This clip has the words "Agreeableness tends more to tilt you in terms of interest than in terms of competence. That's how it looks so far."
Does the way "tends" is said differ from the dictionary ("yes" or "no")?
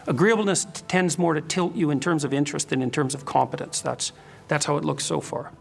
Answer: no